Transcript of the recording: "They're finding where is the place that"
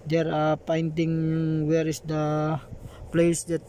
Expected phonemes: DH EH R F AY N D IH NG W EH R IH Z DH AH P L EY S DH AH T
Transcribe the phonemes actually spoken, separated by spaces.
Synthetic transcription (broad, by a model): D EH R P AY N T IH NG W EH R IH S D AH P L EY S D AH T